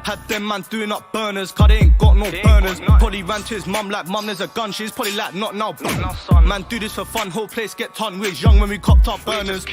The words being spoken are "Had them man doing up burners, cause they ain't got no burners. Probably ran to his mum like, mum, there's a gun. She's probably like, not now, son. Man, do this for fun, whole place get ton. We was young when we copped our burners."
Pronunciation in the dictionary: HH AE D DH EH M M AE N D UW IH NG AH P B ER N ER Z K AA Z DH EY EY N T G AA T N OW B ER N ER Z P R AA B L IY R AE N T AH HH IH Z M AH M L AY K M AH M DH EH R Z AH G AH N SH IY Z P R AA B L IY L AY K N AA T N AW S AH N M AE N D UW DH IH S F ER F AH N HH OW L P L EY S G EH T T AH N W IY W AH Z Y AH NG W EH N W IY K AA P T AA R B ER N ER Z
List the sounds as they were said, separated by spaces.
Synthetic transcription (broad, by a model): HH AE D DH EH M M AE N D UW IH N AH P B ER N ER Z K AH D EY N G AA T N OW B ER N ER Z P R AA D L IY R AE N T AH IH Z M AH M L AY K M AH M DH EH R Z AH G AH N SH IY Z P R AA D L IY L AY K N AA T N AW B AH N M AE N D UW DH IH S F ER F AH N HH OW L P L EY S G EH T S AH N W IY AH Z Y AH NG W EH N W IY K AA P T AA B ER N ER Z